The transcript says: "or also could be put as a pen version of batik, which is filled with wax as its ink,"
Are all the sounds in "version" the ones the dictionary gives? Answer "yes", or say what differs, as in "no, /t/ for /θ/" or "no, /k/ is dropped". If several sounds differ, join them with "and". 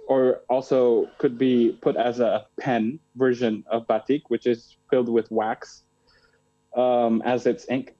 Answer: yes